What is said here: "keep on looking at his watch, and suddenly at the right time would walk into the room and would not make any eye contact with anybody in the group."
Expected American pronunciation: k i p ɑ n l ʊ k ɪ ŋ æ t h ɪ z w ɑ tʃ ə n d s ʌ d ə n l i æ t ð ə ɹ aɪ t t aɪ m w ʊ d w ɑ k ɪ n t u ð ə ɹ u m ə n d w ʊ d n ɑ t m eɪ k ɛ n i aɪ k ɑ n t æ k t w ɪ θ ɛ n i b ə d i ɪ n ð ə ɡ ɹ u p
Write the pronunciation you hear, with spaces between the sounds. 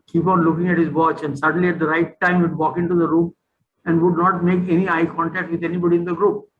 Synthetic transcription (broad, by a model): k i p ɑ n l ʊ k ɪ ŋ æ t h ɪ z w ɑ tʃ ə n d s ʌ d ə n l i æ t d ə ɹ aɪ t t aɪ m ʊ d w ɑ k ɪ n t u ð ə ɹ u m ə n d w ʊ d n ɑ t m eɪ k ɛ n i aɪ k ɑ n t æ k t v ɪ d ɛ n i b ə d i ɪ n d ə ɡ ɹ u p